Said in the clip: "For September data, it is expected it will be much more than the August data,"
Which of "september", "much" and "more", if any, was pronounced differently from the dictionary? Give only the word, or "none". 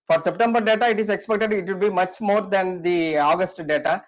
none